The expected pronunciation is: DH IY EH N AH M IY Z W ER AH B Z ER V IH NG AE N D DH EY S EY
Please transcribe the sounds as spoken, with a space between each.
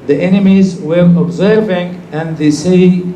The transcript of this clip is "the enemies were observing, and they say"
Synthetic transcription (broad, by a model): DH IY EH N AH M IY Z W ER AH B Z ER V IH NG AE N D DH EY S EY